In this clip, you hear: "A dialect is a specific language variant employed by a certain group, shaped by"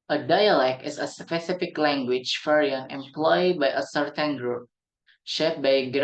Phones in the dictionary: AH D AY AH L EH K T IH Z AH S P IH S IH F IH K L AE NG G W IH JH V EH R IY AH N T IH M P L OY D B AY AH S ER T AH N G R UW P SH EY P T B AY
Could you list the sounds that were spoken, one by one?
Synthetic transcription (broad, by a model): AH D AY AH L EH K T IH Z AH S P IH S IH F IH K L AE NG G W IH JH F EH R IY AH N IH M P L OY D B AY AH S ER T AH N G R UW P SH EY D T B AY